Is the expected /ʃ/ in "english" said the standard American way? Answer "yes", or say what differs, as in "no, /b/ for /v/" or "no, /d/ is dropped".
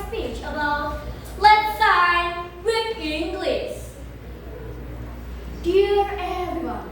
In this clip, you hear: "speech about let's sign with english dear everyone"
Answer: no, /s/ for /ʃ/